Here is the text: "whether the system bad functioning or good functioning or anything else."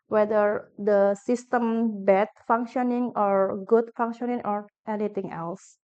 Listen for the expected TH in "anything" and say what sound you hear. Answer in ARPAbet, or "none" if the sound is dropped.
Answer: T